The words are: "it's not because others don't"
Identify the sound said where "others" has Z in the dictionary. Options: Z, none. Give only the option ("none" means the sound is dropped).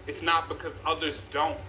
Z